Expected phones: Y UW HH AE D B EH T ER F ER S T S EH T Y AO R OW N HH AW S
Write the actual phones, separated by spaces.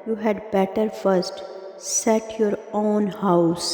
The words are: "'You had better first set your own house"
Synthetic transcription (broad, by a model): Y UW HH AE D B EH T ER F ER S T S EH T Y AO R OW N HH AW S